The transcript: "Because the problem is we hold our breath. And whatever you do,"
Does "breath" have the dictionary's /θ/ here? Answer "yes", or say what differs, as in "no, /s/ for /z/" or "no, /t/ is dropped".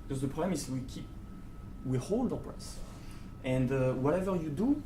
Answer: no, /s/ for /θ/